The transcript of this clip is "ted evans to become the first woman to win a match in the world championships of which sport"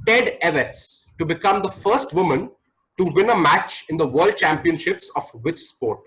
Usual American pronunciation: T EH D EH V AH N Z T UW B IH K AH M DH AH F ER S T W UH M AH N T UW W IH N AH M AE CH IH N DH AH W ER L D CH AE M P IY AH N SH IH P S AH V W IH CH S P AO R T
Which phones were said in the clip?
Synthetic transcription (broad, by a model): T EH D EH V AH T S T UW B IH K AH M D AH F ER S T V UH M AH N T UW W IH N AH M AE CH IH N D AH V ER L D CH AE M P IY AH N SH IH P S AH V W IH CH S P AO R T